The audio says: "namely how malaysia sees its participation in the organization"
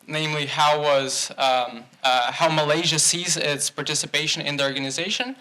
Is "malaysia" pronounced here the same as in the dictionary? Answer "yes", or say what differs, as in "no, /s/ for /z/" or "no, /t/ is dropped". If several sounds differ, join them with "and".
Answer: yes